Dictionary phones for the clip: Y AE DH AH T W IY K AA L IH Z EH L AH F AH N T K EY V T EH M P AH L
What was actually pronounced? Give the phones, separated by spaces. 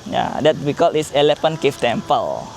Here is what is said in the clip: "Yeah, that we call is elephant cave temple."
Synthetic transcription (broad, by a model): Y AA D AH T W IY K AA L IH S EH L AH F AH N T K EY F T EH M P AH L